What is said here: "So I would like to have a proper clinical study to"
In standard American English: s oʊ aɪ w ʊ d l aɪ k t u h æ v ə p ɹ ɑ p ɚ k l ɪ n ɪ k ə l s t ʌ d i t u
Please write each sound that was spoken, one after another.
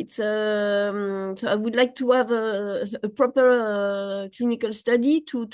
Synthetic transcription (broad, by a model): s oʊ aɪ w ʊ d l aɪ k t u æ v ə p ɹ ɑ p ɚ k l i n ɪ k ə l s t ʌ d i t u